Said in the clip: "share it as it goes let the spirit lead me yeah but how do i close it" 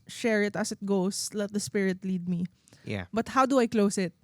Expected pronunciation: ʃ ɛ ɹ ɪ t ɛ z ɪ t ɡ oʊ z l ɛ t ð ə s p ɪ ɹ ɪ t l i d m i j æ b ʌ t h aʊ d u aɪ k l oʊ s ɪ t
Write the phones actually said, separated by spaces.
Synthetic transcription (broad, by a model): ʃ ɛ ɹ ɪ t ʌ s ɪ t ɡ oʊ s l ɛ t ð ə s p ɪ ɹ ɪ t l i d m i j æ b ʌ t h aʊ d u aɪ k l oʊ s ɪ t